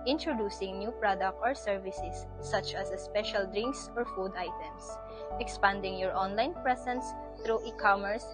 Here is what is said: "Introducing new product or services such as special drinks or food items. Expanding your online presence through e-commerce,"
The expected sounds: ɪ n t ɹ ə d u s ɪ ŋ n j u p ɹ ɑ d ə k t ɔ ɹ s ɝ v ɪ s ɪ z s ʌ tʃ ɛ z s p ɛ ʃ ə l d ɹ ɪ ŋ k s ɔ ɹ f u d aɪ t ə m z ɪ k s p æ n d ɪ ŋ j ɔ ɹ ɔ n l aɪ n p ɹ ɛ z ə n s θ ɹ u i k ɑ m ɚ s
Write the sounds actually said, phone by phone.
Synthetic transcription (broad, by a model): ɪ n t ɹ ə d u s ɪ ŋ n j u p ɹ ɑ d ə k t ɔ ɹ s ɝ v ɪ s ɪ s ʌ tʃ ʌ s s p ɛ ʃ ə l d ɹ ɪ ŋ k s ɔ ɹ f u d aɪ t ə m s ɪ k s p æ n d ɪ ŋ j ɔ ɹ ɔ n l aɪ n p ɹ ɛ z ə n s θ ɹ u i k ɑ m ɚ s